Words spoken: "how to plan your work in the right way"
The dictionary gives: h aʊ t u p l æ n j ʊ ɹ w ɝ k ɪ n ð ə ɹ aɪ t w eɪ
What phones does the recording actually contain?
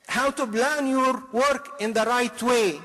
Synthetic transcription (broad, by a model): h aʊ t u b l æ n j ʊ ɹ w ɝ k ɪ n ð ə ɹ aɪ t w eɪ